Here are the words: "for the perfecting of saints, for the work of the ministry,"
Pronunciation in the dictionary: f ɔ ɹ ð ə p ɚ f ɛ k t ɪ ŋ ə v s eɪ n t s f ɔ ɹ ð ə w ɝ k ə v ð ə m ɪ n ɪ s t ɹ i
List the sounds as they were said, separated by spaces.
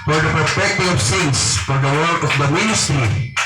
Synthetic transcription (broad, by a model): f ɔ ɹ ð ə p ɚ p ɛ k t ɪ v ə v s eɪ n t s f ɔ ɹ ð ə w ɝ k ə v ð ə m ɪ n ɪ s t ɹ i